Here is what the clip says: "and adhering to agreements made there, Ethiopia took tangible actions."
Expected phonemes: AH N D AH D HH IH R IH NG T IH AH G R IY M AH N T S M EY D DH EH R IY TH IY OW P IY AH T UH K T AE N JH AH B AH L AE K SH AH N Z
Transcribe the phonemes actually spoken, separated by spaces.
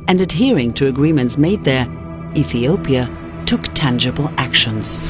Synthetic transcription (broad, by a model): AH N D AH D HH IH R IH NG T IH AH G R IY M AH N T S M EY D DH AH R IY TH IY OW P IY AH T UH K T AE N JH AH B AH L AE K SH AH N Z